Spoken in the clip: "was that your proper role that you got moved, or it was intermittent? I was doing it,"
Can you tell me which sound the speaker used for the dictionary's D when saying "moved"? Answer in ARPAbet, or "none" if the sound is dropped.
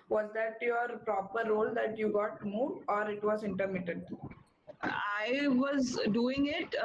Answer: none